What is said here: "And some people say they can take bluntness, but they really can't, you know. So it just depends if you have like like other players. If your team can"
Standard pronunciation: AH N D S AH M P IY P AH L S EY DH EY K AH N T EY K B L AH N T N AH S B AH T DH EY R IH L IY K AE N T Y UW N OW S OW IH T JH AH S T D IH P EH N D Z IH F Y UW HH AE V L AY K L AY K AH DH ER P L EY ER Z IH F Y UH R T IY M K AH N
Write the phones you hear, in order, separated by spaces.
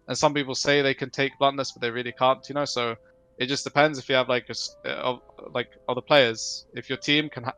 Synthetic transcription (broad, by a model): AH N S AH M P IY P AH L S EY DH EY K AH N T EY K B L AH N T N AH S B AH T DH EY R IH L IY K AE N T Y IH N OW S OW IH T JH AH S D IH P EH N D Z IH F Y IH V L AY K L AY K AH DH ER P L EY ER Z IH F Y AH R T IY M K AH N